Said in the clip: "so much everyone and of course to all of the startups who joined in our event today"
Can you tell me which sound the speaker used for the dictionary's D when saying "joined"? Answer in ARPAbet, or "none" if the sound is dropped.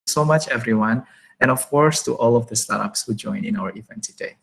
none